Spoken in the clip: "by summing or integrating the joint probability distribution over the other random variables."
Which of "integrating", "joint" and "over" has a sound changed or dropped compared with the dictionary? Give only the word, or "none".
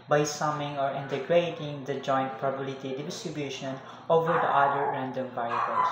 none